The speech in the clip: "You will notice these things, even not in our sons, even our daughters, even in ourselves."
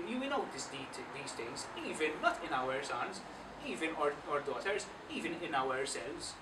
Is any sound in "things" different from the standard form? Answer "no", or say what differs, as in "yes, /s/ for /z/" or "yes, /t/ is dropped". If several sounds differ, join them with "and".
yes, /t/ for /θ/